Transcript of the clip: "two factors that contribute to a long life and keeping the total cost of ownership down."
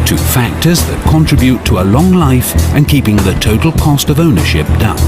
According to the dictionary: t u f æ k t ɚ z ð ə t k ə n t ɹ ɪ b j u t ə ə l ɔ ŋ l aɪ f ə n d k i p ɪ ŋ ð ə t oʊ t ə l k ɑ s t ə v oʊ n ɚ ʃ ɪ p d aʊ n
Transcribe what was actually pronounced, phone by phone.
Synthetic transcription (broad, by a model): t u f æ k t ɚ z ð ə t k ə n t ɹ ɪ b j u t ə ə l ɔ ŋ l aɪ f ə n k i p ɪ ŋ ð ə t oʊ t l k ɑ s t ə v oʊ n ɚ ʃ ɪ p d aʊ n